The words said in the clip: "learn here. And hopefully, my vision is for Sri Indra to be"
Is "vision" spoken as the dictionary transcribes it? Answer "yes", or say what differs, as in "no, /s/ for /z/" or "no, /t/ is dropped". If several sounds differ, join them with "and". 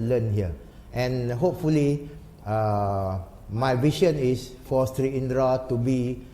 no, /ʃ/ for /ʒ/